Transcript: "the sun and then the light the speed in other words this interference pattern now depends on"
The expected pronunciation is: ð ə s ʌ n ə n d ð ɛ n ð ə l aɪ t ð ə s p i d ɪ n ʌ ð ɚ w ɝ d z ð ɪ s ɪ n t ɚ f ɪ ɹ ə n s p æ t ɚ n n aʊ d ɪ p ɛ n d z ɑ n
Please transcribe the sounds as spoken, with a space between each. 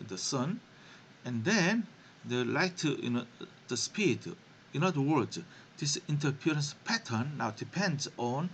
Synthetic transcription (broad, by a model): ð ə s ʌ n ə n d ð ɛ n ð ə l aɪ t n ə s p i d ɪ n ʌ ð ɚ w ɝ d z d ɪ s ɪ n t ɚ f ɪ ɹ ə n s p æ t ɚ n n aʊ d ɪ p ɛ n d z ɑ n